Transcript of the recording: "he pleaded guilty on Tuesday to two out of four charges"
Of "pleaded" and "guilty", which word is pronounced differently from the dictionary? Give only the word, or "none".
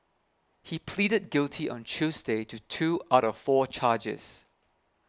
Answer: none